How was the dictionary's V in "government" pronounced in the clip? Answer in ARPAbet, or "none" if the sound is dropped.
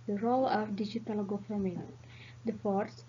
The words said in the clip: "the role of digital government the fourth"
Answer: F